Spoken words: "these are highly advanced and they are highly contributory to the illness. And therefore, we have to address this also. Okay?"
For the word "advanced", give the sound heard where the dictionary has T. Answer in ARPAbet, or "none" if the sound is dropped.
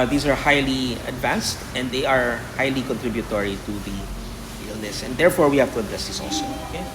T